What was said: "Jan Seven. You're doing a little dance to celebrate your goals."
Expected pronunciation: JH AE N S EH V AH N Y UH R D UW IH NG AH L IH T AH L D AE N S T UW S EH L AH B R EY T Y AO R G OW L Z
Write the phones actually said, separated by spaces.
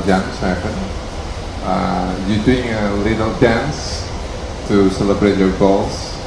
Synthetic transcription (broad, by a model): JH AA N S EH P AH N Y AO D UW IH NG AH L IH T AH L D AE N S T UW S EH L AH B R EY T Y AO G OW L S